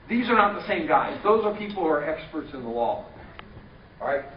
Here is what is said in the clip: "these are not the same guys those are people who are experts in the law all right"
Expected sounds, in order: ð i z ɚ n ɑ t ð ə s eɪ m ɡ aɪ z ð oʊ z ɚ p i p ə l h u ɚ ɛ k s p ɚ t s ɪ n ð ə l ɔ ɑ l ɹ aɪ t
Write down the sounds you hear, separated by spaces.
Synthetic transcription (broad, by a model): ð i z ɚ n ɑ t ð ə s eɪ m ɡ aɪ z ð oʊ z ɚ p i p l h u ɚ ɛ k s p ɚ t s ɪ n ð ə l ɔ ɑ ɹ aɪ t